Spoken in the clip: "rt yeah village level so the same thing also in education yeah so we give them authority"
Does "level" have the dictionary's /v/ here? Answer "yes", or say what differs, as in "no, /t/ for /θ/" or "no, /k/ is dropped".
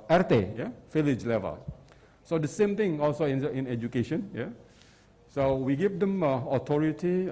yes